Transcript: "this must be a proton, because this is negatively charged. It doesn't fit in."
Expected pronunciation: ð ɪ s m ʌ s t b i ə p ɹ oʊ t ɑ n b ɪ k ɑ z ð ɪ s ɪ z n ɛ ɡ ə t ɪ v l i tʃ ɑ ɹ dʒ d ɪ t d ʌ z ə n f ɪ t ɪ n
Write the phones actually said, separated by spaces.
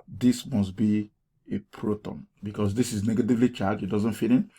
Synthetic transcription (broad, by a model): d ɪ s m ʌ s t b i ə p ɹ oʊ t ɑ n b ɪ k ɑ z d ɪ s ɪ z n ɛ ɡ ə t ɪ v l i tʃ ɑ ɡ ɪ t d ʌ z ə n f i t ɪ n